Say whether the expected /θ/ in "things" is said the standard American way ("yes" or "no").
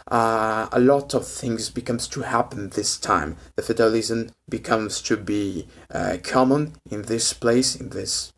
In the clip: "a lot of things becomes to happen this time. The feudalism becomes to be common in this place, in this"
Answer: yes